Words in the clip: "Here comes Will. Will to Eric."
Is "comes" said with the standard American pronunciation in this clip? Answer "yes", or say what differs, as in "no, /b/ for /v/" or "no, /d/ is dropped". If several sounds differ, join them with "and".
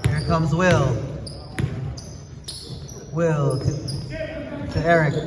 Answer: yes